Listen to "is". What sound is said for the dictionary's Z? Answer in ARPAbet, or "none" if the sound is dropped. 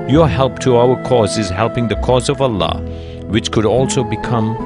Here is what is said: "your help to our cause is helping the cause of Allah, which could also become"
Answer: Z